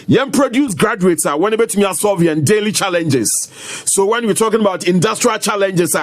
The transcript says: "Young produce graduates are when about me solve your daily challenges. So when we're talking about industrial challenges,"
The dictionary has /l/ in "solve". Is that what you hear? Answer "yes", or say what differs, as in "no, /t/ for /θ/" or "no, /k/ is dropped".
no, /l/ is dropped